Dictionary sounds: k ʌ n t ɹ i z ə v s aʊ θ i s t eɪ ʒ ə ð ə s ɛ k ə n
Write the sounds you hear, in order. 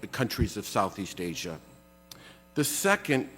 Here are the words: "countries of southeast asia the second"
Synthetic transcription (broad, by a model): k ʌ n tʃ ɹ i z ə v s aʊ θ i s t eɪ ʒ ə ð ə s ɛ k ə n